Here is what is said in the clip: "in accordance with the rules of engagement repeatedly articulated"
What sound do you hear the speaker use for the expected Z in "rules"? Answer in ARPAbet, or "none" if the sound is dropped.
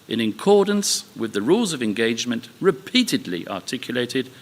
Z